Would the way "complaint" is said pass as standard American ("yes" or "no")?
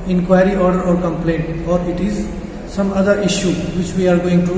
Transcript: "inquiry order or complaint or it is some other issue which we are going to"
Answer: yes